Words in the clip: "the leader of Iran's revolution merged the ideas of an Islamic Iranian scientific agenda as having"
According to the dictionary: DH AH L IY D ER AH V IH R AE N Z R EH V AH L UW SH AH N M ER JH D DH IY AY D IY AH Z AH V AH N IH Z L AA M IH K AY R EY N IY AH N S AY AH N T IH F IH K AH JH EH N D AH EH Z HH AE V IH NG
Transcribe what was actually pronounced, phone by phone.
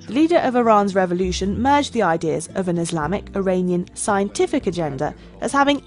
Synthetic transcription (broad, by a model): DH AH L IY D ER AH V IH R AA N Z R EH V AH L UW SH AH N M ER JH DH IY AY D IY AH Z AH V AH N IH Z L AA M IH K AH R EY N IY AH N S AY AH N T IH F IH K AH JH EH N D AH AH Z HH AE V IH NG